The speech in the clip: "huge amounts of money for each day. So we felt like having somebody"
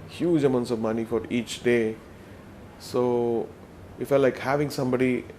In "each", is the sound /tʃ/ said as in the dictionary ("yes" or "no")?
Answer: yes